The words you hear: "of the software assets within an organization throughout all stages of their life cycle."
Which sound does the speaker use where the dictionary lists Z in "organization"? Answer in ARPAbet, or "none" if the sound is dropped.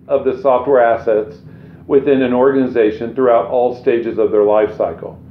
Z